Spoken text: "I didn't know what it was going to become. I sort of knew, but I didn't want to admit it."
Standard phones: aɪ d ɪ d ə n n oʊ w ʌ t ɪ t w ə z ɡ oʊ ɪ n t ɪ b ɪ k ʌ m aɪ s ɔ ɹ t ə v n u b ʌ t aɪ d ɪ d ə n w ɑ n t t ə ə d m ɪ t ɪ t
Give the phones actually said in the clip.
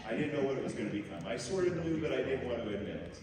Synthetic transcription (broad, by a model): aɪ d ɪ d n n oʊ w ʌ t ɪ t w ə z ɡ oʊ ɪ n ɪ b ɪ k ʌ m aɪ s ɔ ɹ t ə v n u b ʌ t aɪ d ɪ d n w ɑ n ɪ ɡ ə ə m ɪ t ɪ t